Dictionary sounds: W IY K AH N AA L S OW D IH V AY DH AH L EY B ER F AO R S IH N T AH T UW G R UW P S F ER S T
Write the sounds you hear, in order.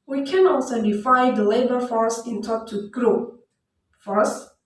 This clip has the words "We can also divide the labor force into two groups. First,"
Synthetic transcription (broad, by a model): W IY K AH N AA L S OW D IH F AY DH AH L EY B ER F AO R S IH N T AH T UW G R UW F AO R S